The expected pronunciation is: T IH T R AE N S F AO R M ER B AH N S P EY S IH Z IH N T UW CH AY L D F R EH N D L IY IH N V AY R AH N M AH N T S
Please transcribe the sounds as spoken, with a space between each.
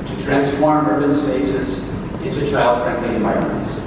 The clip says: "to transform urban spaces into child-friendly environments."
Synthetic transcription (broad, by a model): T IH T R AE N S F AO R M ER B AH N S P EY S IH Z IH N T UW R AY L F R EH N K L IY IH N V AY R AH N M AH N T S